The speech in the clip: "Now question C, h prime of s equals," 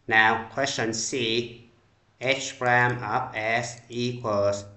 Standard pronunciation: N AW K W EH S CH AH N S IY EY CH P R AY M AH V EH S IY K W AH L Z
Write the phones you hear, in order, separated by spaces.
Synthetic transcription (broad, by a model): N AW K W EH S CH AH N S IY EY CH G R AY M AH P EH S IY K W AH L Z